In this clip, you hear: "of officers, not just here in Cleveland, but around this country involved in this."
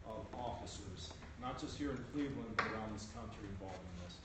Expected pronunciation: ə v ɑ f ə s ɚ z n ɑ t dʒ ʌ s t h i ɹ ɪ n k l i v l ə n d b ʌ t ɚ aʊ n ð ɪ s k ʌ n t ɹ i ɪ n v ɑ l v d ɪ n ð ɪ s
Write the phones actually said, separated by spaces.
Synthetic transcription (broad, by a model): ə v ɑ f ə s ɚ z n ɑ t dʒ ʌ s t h i ɹ ɪ n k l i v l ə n b ʌ t ɚ aʊ n ð ɪ s k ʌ n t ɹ i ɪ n v ɑ l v ɪ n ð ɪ s